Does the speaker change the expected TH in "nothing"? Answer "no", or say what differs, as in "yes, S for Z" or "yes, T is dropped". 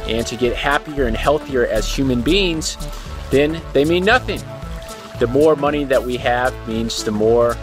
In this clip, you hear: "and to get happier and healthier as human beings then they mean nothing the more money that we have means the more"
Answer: no